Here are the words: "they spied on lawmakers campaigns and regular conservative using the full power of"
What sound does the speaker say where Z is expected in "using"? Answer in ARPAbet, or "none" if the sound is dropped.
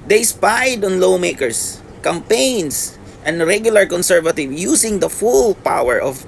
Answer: S